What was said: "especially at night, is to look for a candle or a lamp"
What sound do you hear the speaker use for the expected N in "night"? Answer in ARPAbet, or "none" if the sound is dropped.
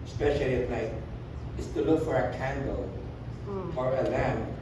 L